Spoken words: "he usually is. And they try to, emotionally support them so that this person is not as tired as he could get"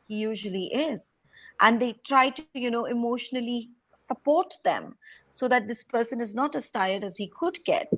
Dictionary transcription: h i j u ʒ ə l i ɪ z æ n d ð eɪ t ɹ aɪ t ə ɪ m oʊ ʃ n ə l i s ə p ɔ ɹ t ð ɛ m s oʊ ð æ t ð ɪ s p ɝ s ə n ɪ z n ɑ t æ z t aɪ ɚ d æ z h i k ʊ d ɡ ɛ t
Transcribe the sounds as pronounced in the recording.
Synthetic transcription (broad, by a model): h i j u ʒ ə l i ɪ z æ n d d eɪ t ɹ aɪ t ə ɪ m oʊ ʃ n ə l i s ə p ɔ ɹ t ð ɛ m s oʊ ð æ t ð ɪ s p ɝ s ə n ɪ z n ɑ t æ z t aɪ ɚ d æ z h i k ʊ d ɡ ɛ t